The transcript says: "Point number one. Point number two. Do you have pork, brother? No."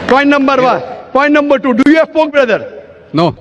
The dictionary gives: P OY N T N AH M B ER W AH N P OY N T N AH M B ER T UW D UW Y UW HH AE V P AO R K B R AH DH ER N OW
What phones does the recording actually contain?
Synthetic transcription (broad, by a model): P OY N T N AH M B ER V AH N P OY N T N AH M B ER T UW D UW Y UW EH F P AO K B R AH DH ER N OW